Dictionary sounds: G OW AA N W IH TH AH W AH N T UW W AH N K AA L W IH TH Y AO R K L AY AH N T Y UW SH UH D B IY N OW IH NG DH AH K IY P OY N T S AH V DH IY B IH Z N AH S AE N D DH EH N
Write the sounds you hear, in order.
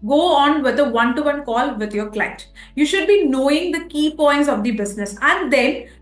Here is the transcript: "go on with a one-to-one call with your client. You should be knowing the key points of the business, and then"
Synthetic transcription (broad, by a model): G OW AA N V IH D AH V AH N T UW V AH N K AA L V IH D Y AO R K L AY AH T Y UW SH UH D B IY N OW IH NG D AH K IY P OY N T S AH V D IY B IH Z N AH S AE N D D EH N